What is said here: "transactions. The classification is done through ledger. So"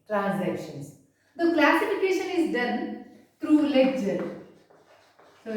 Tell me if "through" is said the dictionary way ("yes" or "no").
no